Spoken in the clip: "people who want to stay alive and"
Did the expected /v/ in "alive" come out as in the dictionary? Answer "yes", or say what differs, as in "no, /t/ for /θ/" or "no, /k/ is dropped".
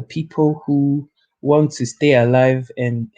yes